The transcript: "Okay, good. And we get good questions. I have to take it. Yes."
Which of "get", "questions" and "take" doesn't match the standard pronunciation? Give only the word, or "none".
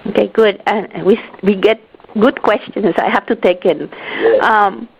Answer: questions